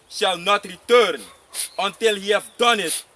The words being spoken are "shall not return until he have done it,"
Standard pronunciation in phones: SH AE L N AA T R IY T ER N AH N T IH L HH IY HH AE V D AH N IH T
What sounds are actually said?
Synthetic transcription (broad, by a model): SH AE L N AA T R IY T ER N AH N T IH L HH IY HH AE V D AH N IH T